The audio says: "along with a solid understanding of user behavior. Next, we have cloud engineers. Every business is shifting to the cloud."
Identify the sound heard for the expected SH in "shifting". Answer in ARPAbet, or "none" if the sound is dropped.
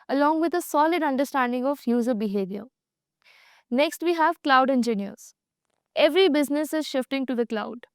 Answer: SH